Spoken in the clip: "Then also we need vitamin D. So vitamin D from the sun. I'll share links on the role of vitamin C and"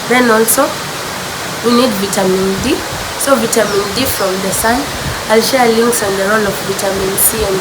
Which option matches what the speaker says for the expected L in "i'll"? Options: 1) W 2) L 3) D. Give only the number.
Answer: 2